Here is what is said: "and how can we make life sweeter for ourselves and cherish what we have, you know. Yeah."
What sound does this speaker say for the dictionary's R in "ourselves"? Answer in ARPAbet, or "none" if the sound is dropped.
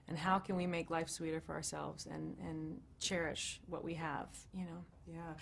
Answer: R